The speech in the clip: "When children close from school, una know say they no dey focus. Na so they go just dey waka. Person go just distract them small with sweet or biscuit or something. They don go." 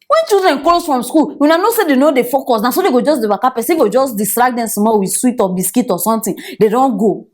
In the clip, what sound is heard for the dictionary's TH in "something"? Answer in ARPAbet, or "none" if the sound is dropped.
T